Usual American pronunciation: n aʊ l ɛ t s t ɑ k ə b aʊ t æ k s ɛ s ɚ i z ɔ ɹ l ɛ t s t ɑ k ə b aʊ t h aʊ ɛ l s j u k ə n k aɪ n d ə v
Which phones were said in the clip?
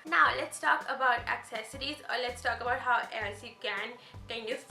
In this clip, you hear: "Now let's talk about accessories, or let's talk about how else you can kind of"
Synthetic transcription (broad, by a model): n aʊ l ɛ t s t ɑ k ə b aʊ t æ k s ɛ s ɚ i z ɔ ɹ l ɛ t s t ɑ k ə b aʊ t h aʊ ɛ l s j u k ə n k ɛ n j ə